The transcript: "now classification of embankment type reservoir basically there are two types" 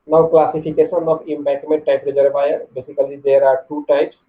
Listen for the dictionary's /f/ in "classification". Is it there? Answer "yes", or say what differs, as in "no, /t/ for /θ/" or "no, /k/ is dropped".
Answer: no, /p/ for /f/